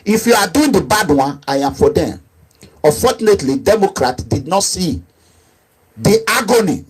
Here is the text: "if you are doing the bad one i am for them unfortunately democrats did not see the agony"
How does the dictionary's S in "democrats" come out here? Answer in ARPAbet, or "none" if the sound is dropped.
none